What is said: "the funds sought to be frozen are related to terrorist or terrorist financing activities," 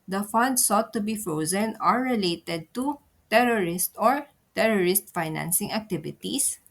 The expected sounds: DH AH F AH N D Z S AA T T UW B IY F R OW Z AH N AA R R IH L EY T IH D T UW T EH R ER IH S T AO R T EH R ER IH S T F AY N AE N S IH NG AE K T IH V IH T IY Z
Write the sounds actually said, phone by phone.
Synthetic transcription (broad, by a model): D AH F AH N D S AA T T UW B IY F R OW Z AH N AA R R IH L EY T IH D T UW T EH R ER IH S T AO R T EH R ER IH S T F AY N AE N S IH NG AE K T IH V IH T IY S